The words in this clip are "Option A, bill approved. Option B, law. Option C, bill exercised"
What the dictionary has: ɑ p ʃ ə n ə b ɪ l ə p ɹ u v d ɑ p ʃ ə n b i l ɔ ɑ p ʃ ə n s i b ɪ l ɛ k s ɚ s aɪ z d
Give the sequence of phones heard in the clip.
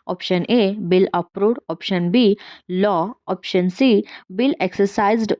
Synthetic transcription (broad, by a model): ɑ p ʃ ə n ə b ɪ l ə p ɹ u d ɑ p ʃ ə n b i l ɔ ɑ p ʃ ə n s i b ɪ l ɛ k s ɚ s aɪ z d